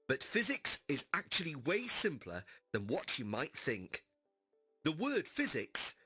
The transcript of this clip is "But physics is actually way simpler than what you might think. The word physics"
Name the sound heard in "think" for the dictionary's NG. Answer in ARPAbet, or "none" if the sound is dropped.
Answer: NG